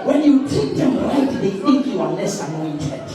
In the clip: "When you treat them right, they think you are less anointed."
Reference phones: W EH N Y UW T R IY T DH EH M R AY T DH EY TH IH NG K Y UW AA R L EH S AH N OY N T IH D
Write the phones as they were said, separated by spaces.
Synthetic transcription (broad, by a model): W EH N Y UW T IY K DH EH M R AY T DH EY TH IH NG K Y UW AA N L EH S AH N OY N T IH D